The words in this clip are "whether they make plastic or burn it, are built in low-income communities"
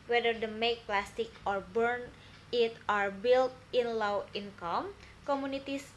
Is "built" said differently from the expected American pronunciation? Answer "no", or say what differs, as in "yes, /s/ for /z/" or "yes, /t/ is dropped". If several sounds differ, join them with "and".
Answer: no